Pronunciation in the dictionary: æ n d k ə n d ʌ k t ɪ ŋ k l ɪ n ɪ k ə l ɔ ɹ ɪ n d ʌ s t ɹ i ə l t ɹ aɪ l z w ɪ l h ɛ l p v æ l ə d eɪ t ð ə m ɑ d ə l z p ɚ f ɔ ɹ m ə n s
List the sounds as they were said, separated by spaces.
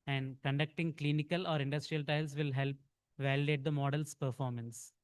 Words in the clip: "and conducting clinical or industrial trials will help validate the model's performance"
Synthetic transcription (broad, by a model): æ n d k ə n d ʌ k t ɪ ŋ k l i n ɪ k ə l ɔ ɹ ɪ n d ʌ s t ɹ i ə l t aɪ l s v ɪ l h ɛ l p v æ l ə d eɪ t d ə m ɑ d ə l s p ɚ f ɔ ɹ m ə n s